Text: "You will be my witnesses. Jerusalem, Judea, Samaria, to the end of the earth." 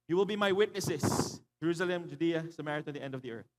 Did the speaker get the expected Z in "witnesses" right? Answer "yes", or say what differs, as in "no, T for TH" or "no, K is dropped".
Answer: no, S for Z